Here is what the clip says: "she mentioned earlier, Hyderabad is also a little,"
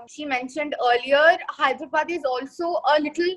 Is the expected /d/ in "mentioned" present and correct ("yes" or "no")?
yes